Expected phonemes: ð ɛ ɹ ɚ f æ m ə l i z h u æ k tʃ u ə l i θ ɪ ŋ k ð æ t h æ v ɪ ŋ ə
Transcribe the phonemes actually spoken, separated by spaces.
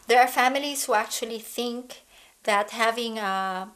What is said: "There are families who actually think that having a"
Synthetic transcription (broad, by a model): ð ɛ ɹ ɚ f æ m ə l i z h u æ k tʃ u ə l i θ ɪ ŋ k ð æ t h æ v ɪ ŋ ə